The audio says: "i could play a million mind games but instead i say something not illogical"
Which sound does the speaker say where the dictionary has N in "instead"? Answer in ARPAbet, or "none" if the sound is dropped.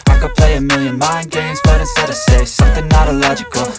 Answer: none